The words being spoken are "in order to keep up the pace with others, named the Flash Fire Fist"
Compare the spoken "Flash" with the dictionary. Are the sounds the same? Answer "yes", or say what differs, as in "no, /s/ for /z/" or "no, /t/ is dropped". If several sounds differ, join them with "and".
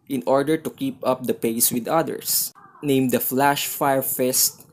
yes